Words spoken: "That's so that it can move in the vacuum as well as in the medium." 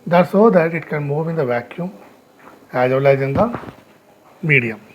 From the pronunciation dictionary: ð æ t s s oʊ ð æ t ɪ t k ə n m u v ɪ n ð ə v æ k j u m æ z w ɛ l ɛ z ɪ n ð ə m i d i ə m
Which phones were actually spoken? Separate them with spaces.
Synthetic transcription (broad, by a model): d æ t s s oʊ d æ t ɪ t k ə n m u v ɪ n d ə v æ k j u m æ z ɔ l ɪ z ɪ n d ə m i d i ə m